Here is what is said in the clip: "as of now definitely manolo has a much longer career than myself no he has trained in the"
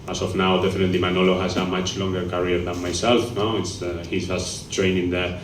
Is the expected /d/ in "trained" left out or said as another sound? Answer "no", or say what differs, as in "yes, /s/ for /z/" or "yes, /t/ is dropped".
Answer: yes, /d/ is dropped